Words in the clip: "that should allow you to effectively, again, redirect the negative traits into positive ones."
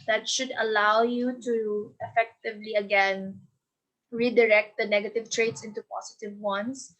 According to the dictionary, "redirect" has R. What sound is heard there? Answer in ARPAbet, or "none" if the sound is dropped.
R